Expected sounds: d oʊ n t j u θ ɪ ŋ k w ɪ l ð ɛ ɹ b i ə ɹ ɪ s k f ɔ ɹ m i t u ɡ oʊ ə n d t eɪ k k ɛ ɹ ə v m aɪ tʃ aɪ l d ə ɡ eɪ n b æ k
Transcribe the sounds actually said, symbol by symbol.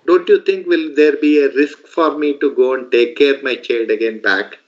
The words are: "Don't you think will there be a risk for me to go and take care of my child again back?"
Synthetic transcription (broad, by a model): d oʊ n t j u t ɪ ŋ k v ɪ l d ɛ ɹ b i ə ɹ ɪ s k f ɔ ɹ m i t u ɡ oʊ ə n d t eɪ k k ɛ ɹ m aɪ tʃ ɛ d ə ɡ eɪ n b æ k